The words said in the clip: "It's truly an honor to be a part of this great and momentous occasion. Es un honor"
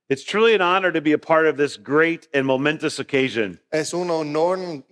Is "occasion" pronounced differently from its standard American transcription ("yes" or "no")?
no